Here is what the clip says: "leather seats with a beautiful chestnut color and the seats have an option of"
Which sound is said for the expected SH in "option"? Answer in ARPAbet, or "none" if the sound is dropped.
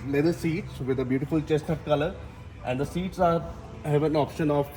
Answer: SH